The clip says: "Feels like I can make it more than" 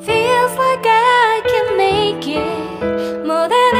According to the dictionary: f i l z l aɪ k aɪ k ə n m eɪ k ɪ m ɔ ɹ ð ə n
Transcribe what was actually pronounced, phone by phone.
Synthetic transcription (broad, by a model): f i l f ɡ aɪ aɪ k ə n m eɪ k ɪ m ɔ ɹ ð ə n